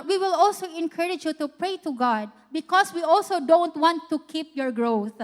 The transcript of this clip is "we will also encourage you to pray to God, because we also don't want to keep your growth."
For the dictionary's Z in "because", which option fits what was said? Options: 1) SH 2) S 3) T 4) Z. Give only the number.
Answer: 2